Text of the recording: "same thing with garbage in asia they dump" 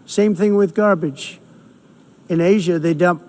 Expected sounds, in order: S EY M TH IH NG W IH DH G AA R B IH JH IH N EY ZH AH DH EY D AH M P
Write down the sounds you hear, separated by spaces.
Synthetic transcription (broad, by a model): S EY M TH IH NG W IH DH G AA R B IH JH IH N EY ZH AH DH EY D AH M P